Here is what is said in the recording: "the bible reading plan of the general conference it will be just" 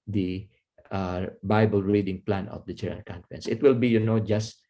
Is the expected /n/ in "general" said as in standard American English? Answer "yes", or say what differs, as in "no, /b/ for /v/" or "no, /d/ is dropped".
no, /n/ is dropped